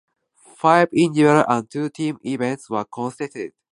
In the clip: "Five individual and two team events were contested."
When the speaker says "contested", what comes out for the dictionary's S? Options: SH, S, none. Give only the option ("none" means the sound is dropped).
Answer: none